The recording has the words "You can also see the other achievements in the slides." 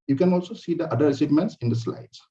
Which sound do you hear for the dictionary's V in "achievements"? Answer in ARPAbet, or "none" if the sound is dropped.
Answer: none